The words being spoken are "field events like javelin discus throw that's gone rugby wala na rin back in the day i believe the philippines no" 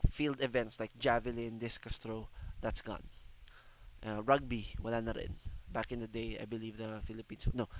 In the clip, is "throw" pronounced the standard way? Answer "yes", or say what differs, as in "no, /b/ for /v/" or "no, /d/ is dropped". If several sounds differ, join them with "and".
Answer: no, /t/ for /θ/